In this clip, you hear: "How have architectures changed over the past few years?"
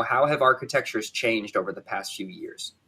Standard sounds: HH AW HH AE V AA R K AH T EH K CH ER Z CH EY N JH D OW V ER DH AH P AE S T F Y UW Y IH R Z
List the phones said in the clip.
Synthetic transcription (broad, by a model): HH AW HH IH V AA R K AH T EH K CH ER Z CH EY N JH D OW V ER DH AH P AE S T F Y UW Y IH R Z